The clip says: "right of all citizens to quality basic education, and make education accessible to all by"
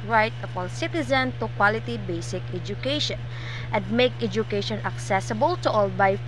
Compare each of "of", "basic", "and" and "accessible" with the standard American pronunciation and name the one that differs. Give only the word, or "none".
of